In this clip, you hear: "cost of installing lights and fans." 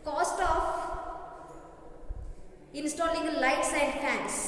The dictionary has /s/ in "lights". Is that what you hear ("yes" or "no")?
yes